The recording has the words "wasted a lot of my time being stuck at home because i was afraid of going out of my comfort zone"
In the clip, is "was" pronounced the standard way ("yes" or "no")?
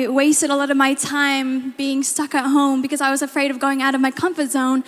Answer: yes